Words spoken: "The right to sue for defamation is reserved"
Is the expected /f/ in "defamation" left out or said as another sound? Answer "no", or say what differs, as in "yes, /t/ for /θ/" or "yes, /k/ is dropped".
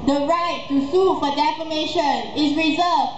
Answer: no